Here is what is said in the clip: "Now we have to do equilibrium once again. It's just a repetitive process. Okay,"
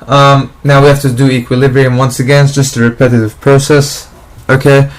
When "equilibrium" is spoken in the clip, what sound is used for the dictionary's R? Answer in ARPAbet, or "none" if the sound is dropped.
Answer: R